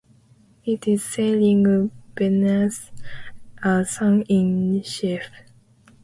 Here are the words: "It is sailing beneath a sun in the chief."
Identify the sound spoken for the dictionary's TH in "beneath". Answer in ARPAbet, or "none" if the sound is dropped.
S